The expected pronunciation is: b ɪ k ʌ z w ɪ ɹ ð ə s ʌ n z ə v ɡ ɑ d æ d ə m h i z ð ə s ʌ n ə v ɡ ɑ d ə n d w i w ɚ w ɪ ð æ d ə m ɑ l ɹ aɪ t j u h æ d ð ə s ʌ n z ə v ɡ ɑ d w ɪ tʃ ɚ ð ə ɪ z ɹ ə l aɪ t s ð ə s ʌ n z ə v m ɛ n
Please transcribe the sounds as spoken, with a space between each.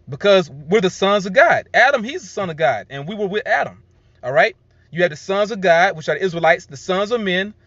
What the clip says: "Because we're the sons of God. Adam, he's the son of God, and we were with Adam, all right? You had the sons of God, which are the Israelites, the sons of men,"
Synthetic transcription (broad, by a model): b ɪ k ʌ z w ɪ ɹ ð ə s ʌ n z ə v ɡ ɑ d æ d ə m i z ð ə s ʌ n ə v ɡ ɑ d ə n w i w ɚ w ɪ ð æ d ə m ɑ l ɹ aɪ t j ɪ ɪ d ð ə s ʌ n z ə v ɡ ɑ d w ɪ tʃ ɚ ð ɪ z ɹ ə l aɪ t s ð ə s ʌ n z ə v m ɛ n